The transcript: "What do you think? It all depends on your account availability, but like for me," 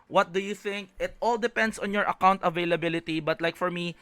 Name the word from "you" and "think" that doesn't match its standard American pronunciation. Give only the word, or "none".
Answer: none